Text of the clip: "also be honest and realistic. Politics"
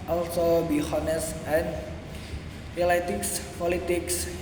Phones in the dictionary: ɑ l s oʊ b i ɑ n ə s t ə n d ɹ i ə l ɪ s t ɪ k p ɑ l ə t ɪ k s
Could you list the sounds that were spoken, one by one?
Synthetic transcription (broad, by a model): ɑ l s oʊ b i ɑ n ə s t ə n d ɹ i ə l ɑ t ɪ k p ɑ l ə t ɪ k s